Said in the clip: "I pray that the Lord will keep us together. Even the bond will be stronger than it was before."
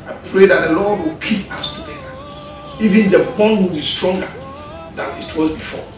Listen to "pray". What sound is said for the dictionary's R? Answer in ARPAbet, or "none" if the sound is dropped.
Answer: R